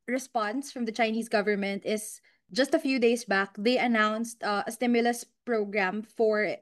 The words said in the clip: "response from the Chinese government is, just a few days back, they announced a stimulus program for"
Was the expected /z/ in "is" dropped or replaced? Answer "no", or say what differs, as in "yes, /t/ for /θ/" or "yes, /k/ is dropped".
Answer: yes, /s/ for /z/